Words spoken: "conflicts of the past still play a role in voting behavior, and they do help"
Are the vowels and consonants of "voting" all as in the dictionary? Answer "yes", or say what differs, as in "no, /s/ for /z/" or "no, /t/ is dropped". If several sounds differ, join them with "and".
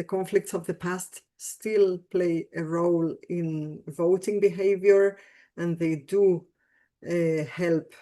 yes